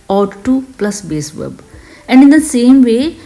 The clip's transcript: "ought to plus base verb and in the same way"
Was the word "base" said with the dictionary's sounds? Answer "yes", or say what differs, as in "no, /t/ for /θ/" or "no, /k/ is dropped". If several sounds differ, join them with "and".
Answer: yes